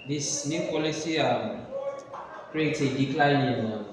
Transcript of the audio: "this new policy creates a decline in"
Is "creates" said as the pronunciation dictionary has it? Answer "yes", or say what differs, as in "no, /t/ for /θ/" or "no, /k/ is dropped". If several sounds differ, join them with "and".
no, /s/ is dropped